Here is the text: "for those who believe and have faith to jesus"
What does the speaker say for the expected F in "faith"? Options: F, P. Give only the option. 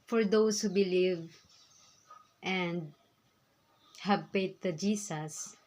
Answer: P